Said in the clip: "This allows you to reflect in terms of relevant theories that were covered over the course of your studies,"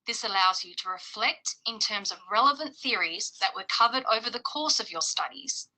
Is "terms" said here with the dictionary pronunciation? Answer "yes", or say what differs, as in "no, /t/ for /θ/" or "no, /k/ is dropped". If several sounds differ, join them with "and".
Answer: yes